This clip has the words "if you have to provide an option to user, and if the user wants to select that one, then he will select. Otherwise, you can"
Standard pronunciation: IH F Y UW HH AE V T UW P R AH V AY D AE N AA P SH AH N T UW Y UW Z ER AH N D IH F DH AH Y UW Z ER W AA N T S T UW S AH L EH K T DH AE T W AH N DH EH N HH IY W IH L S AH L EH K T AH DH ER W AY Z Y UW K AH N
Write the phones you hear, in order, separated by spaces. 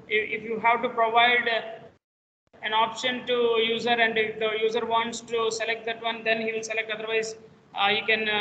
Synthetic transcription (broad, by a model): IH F Y UW HH AE V T UW P R AH V AY D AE N AA P SH AH N T UW Y UW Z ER AH N D IH F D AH Y UW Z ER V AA N T S T UW S AH L EH K T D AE T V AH N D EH N HH IY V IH L S AH L EH K T AH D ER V AY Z Y UW K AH N